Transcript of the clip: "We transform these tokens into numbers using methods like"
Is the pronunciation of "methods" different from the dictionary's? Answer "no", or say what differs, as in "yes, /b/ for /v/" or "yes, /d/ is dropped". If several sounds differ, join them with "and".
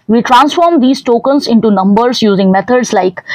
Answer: yes, /t/ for /θ/